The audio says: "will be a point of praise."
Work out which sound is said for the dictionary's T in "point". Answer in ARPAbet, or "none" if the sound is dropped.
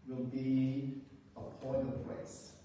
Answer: none